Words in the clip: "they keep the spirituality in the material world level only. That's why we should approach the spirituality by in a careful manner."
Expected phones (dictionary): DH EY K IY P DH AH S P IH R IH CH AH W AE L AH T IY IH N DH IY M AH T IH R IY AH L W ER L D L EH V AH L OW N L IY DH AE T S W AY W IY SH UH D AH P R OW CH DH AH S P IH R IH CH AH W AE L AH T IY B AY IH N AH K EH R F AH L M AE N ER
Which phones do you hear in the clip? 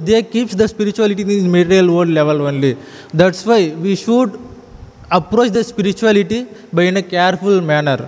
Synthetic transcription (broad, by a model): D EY K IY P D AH S P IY R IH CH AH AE L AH T IY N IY M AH T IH R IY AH L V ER D L EH V AH L OW N L IY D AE T S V AY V IY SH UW D AH P R OW CH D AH S P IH R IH CH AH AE L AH T IY B AY IH N AH K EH R F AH L M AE N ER